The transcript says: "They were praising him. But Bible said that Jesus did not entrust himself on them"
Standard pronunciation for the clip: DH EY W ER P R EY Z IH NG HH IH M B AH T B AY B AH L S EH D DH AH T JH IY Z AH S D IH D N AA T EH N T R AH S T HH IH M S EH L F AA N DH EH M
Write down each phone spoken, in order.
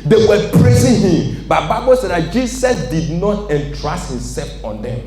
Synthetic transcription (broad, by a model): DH EY W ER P R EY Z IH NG HH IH M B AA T B AY B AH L S EH D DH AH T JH IY S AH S D IH D N AA T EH N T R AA S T HH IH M S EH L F AA N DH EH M